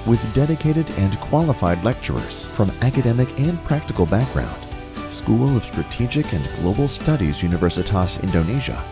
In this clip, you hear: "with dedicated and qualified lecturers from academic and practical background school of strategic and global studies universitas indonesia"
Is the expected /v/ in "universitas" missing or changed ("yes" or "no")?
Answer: no